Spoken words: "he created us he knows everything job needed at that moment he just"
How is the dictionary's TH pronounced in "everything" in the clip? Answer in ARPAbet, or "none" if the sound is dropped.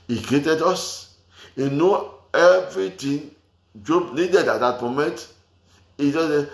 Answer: T